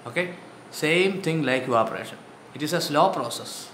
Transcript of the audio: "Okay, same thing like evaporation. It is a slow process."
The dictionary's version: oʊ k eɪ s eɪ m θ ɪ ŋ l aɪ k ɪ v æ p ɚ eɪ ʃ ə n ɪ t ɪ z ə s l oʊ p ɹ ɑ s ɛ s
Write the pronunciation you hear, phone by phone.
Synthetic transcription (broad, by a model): oʊ k eɪ s eɪ m t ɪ ŋ l aɪ k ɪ ɔ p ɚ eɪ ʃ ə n ɪ t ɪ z ə s l oʊ p ɹ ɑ s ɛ s